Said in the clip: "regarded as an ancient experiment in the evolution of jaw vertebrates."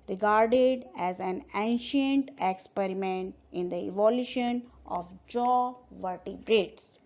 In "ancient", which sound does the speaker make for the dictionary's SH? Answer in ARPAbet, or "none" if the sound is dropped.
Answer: SH